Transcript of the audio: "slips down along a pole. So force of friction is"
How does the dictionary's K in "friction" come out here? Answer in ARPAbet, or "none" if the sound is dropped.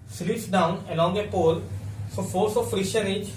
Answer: none